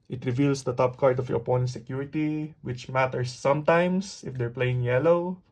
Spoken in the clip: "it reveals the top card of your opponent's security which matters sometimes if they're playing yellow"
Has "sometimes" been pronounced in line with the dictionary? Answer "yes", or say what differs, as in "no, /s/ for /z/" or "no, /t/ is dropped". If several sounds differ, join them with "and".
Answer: no, /s/ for /z/